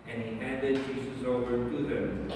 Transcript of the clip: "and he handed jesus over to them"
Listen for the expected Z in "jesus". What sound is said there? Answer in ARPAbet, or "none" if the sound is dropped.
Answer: S